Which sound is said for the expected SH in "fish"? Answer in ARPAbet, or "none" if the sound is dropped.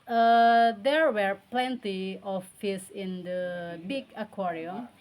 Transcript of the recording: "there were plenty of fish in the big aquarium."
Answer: S